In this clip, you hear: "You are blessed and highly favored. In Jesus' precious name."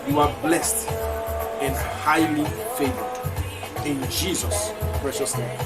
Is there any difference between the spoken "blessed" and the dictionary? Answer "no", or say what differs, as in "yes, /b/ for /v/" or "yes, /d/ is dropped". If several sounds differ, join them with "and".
no